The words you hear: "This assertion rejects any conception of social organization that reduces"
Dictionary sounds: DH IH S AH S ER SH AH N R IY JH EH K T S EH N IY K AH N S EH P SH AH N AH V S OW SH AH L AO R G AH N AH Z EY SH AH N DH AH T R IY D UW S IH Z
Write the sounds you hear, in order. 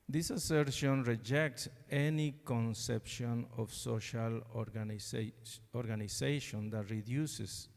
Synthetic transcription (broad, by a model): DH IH S AH S ER SH AH N R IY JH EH K T S EH N IY K AH N S EH P SH AH N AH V S OW SH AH L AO R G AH N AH S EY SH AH N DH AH T R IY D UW S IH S